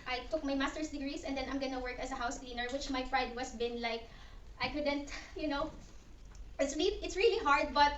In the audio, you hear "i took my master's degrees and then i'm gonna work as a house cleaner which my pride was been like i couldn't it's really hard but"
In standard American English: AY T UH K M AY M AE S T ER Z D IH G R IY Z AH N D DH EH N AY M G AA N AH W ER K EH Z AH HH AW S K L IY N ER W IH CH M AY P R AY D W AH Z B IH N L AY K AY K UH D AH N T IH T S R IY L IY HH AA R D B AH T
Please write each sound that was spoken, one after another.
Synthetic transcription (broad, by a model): AY T UH K M AY M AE S T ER S D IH G R IY S AH N D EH N AY M G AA N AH W ER K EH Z AH HH AW S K L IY N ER W IH CH M AY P R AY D W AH S B IH N L AY K AY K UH D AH N T IH T S R IY L IY HH AA R D B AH T